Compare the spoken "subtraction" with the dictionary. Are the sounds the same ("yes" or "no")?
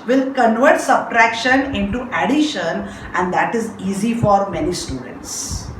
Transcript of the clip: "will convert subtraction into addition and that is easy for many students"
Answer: yes